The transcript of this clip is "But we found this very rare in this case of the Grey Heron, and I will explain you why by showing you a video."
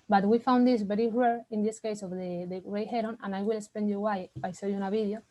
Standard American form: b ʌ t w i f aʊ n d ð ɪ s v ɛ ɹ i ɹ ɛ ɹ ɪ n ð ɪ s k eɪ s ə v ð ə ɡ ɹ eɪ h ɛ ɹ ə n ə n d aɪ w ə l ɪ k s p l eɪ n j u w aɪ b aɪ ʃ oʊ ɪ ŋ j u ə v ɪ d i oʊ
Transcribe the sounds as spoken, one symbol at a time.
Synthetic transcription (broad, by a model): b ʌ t w i f aʊ n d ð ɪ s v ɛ ɹ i ɹ ɛ ɹ ɪ n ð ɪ s k eɪ s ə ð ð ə ɡ ɹ eɪ h ɛ ɹ ə n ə n aɪ w ə l ɪ k s p l eɪ n j u w aɪ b aɪ s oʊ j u ə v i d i oʊ